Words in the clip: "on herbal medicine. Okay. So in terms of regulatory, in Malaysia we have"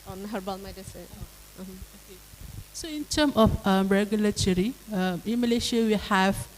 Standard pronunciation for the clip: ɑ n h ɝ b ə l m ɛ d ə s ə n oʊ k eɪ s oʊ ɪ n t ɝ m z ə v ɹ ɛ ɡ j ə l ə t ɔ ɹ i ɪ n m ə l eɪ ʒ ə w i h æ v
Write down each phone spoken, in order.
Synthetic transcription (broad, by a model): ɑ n h ɝ b ə l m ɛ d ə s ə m oʊ k eɪ s oʊ ɪ n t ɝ m ə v ɹ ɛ ɡ j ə l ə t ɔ ɹ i ɪ n m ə l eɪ ʃ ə w i h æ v